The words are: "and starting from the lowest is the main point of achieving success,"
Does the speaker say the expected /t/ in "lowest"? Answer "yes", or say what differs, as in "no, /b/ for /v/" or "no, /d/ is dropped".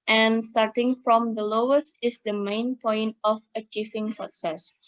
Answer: no, /t/ is dropped